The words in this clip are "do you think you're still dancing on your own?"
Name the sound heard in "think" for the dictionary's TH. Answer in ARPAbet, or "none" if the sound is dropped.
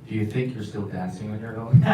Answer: TH